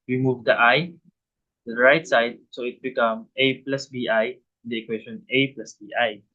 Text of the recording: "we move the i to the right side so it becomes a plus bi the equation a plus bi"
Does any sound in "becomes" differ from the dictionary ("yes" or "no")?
yes